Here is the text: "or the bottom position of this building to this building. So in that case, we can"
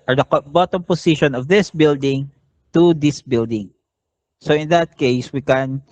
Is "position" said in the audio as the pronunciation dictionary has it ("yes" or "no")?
no